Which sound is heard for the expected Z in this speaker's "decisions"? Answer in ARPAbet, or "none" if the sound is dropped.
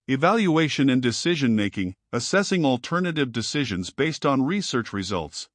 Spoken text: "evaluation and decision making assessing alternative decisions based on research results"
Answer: Z